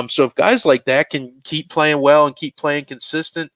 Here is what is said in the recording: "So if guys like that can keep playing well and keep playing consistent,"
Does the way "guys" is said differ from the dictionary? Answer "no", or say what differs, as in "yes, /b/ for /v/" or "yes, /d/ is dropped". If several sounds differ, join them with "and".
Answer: no